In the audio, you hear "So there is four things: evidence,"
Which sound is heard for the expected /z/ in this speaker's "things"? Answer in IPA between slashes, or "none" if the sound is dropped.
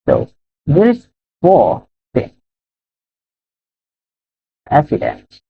none